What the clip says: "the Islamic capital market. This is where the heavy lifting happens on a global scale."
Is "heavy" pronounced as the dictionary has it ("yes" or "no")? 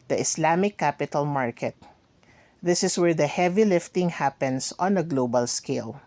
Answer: yes